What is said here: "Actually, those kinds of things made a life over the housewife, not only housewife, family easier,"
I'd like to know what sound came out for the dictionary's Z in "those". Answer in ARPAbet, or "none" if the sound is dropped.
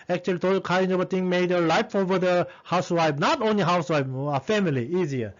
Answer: none